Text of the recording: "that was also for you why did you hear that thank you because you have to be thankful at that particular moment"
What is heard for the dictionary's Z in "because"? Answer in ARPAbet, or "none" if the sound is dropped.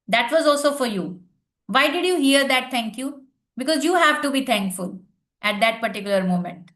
Z